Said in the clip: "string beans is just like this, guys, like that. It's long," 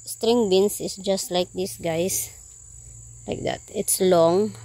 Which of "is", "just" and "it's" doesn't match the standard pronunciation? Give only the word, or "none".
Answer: is